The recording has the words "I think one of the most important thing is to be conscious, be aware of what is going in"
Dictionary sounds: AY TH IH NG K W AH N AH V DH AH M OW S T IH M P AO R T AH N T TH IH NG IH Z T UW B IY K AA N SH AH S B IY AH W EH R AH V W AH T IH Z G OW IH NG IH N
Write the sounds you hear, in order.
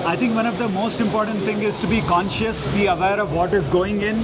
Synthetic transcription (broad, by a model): AY T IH NG K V AH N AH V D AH M OW S T IH M P AO R T AH N T T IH NG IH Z T UW B IY K AA N SH AH S B IY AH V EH R AH V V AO T IH Z G OW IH NG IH N